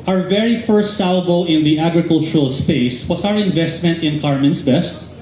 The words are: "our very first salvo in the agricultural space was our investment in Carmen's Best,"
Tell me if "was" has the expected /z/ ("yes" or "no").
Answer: no